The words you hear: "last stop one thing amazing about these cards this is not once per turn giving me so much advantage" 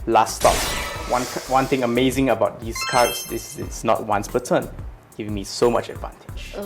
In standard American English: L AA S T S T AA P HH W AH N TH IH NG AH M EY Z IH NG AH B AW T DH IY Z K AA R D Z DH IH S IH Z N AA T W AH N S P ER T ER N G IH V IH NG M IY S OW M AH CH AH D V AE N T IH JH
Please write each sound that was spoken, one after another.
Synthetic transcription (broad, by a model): L AA S T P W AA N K W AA N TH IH NG AH M EY Z IH NG AH B AW T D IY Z K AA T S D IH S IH S N AA T W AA N S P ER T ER N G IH V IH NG M IY S OW M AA CH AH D V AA N T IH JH